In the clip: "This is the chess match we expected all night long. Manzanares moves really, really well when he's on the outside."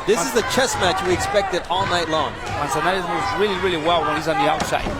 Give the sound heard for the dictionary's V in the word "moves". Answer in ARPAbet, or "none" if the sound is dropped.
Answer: none